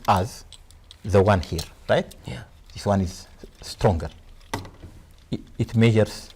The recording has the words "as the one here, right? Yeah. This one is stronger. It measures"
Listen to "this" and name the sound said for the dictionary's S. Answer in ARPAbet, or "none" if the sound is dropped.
S